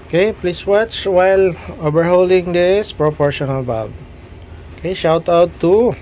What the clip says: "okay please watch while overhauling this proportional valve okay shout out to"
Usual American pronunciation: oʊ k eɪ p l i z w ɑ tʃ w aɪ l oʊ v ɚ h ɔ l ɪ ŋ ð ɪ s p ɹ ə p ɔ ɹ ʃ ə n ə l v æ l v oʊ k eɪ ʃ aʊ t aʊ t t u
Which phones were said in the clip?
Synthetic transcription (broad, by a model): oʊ k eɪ p l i s w ɑ tʃ w aɪ l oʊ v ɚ h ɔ l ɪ ŋ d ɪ s p ɹ ə p ɔ ɹ ʃ ə n ə l b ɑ v oʊ k eɪ ʃ aʊ t aʊ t t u